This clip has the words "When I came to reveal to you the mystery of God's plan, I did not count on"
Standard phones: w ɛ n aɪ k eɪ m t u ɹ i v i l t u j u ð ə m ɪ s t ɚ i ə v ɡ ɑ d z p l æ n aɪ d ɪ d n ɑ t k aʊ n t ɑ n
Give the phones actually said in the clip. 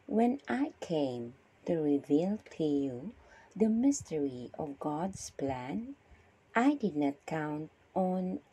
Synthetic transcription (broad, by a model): w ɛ n aɪ k eɪ m t u ɹ i v i l t u j u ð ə m ɪ s t ɚ i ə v ɡ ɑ d s p l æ n aɪ d ɪ d n ɑ t k aʊ n t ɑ n